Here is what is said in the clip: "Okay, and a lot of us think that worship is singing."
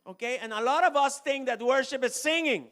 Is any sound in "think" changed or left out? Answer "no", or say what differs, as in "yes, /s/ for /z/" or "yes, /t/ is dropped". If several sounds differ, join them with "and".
yes, /t/ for /θ/